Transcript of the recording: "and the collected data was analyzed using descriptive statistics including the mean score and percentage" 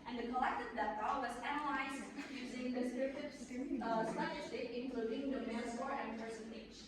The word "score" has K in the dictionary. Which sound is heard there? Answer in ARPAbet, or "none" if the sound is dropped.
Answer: none